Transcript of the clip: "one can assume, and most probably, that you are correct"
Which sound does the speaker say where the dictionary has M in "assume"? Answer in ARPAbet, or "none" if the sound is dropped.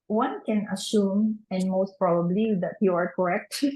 M